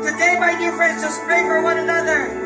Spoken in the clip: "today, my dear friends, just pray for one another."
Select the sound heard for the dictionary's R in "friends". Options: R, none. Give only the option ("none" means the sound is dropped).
R